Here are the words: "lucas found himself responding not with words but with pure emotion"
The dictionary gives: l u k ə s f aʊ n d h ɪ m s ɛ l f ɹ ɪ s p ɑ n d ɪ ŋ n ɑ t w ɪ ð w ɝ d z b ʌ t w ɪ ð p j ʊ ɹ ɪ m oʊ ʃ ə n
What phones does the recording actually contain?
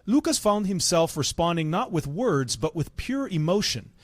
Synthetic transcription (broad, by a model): l u k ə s f aʊ n d h ɪ m s ɛ l f ɹ ɪ s p ɑ n d ɪ ŋ n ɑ t w ɪ ð w ɝ d z b ʌ t w ɪ ð p j ʊ ɹ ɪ m oʊ ʃ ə n